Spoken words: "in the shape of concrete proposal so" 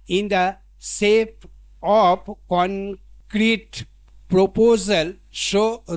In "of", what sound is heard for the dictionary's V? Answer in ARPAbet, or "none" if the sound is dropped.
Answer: P